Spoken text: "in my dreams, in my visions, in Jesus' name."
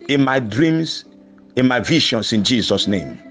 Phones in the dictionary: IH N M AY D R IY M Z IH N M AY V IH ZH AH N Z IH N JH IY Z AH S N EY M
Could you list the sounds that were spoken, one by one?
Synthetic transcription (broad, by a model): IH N M AY D R IY M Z IH N M AY V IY SH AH N S IH N JH IY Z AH S N EY M